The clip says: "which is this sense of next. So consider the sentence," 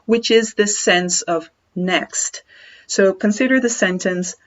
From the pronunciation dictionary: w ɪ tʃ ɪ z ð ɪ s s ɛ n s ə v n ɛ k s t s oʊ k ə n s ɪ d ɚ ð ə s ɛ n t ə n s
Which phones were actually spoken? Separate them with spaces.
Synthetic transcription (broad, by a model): w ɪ tʃ ɪ z ð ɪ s s ɛ n s ə v n ɛ k s t s oʊ k ə n s ɪ d ɚ ð ə s ɛ n t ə n s